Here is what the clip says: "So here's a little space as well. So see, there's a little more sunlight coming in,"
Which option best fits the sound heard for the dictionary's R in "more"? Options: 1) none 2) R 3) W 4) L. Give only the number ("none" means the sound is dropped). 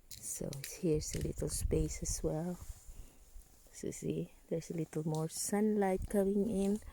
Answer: 2